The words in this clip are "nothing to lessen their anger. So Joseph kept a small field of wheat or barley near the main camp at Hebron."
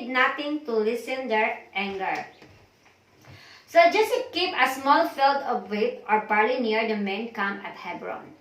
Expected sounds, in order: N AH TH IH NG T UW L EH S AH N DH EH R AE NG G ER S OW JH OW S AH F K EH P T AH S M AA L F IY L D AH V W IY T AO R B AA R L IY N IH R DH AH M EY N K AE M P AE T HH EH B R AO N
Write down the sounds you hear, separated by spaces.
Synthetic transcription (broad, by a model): N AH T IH NG T UW L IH S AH N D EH R AE NG G ER S OW JH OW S K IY P AH S M AA L F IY L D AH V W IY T AO R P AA R L IY N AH R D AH M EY N K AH M AE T HH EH B R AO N